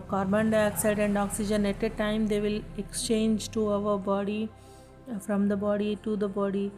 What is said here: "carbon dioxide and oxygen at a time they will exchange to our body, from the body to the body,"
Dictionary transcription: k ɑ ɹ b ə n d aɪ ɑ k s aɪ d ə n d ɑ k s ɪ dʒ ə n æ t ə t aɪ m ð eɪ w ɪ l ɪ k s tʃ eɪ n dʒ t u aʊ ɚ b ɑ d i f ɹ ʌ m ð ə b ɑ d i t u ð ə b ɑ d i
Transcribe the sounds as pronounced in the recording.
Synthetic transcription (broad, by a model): k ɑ ɹ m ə n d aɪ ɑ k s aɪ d ə n d ɑ k s ɪ dʒ ə n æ t ə t aɪ m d eɪ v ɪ l ɪ k s tʃ eɪ n dʒ t u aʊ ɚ b ɑ d i f ɹ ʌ m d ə b ɑ d i t u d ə b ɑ d i